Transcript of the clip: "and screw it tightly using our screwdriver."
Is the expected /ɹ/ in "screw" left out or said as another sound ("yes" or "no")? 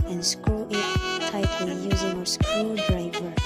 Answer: yes